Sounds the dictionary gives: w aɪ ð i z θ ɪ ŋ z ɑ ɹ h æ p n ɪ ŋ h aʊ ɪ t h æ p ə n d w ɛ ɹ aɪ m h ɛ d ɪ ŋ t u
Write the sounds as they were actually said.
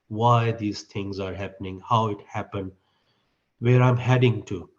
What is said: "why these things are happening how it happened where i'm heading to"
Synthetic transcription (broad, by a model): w aɪ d i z t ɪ ŋ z ɑ ɹ h æ p n ɪ ŋ h aʊ ɪ t h æ p ə n d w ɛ ɹ aɪ m h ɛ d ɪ ŋ t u